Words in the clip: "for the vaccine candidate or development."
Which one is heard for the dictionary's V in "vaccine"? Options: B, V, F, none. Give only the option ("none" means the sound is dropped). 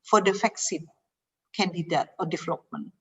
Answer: F